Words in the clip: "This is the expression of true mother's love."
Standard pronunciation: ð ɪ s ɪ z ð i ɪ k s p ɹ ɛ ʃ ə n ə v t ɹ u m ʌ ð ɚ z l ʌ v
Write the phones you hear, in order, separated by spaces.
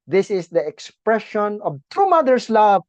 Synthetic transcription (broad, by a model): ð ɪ s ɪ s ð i ɪ k s p ɹ ɛ ʃ ə n ə v t u m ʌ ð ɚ s l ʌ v